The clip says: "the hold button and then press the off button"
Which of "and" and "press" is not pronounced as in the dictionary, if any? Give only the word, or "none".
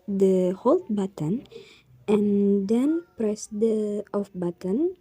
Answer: none